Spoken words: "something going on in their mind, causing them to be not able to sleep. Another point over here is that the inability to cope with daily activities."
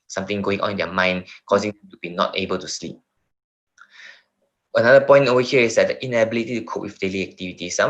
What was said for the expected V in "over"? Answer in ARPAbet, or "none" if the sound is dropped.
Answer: none